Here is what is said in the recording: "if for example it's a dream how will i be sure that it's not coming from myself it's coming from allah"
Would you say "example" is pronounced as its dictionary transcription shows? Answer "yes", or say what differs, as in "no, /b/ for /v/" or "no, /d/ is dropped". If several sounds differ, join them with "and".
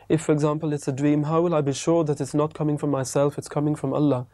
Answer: yes